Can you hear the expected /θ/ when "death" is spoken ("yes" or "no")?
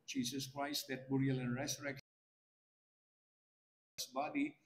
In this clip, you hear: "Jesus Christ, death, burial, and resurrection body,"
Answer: no